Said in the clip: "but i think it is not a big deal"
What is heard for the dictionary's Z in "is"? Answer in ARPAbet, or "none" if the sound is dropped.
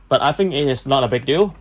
S